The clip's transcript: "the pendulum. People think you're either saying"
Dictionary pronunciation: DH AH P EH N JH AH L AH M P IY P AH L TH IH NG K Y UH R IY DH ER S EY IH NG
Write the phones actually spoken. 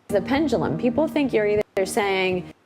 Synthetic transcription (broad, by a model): DH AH P EH N JH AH L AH M P IY P L TH IH NG K Y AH R IY DH ER S EY IH NG